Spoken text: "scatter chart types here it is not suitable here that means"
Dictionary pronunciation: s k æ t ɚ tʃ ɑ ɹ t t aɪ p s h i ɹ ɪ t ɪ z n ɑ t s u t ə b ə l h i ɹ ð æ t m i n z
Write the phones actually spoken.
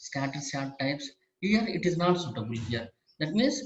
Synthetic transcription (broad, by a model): s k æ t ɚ s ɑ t t aɪ p s h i ɹ ɪ t ɪ z n ɑ t s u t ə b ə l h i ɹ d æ t m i n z